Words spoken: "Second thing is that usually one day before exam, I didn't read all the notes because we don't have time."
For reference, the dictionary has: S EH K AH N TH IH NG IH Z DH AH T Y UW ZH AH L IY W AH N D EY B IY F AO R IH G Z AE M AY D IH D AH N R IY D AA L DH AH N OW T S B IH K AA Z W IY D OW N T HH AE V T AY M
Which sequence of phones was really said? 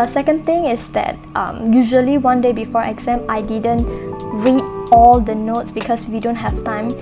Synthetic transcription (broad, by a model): S EH K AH N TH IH NG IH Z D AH T Y UW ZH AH L IY W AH N D EY B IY F AO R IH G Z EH M AY D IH D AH N R IY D AA L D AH N OW T S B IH K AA S W IY D OW N T HH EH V T AY M